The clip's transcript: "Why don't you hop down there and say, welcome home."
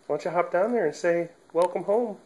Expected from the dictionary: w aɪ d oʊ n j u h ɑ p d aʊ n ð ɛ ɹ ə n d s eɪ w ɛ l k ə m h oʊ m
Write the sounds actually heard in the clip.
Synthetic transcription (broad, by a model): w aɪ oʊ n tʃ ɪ h ɑ p d aʊ n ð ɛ ɹ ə n s eɪ w ɛ l k ə m h oʊ m